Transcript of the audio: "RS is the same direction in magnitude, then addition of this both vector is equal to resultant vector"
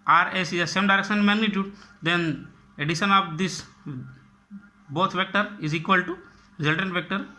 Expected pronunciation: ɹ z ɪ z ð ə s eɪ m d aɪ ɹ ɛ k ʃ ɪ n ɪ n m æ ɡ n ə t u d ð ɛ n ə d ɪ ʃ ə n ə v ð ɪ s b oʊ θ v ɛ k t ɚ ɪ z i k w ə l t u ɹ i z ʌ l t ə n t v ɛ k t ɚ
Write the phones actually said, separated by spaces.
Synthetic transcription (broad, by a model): ɹ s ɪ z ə s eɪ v d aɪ ɹ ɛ k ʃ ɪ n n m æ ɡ n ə t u d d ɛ n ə d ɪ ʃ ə n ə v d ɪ s b oʊ t v ɛ k t ɚ ɪ z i k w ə l t u ɹ i z ʌ l t ə n t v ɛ k t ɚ